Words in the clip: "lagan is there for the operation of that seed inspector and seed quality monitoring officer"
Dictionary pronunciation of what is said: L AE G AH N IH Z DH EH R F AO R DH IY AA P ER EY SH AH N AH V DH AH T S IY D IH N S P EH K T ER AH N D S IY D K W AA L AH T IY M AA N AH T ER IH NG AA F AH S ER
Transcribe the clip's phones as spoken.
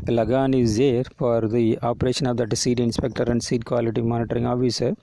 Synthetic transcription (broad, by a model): L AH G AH N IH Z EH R F AO R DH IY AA P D EY SH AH N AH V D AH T S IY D IH N S P EH K T ER AH N D S IY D K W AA L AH T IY M AA N AH T ER IH NG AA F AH S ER